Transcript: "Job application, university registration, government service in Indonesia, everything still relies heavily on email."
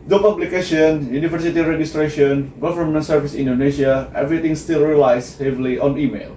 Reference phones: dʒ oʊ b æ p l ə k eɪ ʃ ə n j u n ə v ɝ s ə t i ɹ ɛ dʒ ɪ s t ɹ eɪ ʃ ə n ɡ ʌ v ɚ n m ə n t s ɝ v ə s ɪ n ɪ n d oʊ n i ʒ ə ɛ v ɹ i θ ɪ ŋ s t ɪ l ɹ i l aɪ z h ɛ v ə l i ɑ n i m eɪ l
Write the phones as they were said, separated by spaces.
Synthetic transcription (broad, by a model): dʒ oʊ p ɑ b l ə k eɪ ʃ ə n j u n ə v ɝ s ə t i ɹ ɛ dʒ ɪ s t ɹ eɪ ʃ ə n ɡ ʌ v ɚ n m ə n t s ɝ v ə s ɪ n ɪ n d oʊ n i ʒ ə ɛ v ɹ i t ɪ ŋ s t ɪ l ɹ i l aɪ s h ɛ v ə l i ɑ n i m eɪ l